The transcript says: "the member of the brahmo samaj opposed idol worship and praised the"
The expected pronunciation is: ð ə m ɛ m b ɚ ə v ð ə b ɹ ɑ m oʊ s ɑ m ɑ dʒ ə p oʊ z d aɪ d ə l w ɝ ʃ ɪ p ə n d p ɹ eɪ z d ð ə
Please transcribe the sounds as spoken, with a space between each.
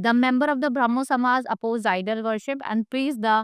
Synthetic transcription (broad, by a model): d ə m ɛ m b ɚ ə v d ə b ɹ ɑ m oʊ s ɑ m ɑ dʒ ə p oʊ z aɪ d ə l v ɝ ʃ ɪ p ə n d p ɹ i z d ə